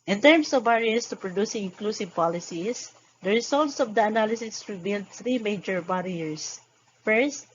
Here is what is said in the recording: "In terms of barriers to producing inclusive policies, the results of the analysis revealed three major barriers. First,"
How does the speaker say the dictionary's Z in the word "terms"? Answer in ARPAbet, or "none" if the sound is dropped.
S